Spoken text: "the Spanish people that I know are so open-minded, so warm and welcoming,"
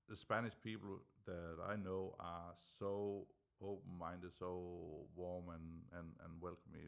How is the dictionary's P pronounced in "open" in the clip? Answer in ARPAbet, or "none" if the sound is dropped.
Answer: none